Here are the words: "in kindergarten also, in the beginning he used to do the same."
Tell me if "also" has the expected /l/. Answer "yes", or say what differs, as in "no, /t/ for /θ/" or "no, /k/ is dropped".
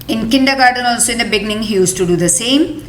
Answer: yes